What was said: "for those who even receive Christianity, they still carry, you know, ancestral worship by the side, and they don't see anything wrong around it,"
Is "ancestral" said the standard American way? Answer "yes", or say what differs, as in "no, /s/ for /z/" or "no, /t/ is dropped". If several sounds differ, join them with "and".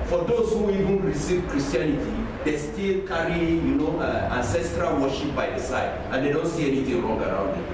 yes